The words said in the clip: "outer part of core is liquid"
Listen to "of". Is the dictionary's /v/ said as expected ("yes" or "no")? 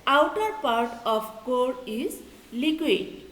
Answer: no